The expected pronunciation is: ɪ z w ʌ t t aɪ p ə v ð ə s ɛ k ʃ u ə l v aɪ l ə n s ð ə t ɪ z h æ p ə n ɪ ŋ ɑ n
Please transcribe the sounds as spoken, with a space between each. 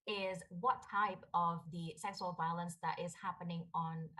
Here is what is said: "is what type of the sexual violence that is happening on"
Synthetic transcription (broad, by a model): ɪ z w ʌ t t aɪ p ə v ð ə s ɛ k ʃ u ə l v aɪ l ə n s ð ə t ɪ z h æ p ə n ɪ ŋ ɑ n